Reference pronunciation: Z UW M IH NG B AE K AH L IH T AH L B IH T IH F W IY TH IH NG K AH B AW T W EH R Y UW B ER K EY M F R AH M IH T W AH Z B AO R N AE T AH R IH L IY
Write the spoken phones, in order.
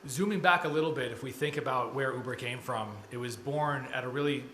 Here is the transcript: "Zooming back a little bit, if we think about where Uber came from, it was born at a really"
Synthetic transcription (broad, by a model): Z UW M IH NG B AE K AH L IH T L B IH T IH F W IY TH IH NG K AH B AW T W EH R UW B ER K EY M F R AH M IH T W AH Z B AO R N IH T AH R IH L IY